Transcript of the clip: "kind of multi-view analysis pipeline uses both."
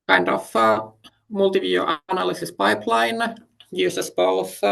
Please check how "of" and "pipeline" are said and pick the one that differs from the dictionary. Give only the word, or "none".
of